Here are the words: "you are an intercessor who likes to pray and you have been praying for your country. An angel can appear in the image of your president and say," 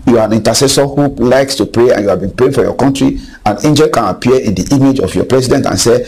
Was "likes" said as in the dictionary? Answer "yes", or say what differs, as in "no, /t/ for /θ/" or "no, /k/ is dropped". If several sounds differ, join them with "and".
yes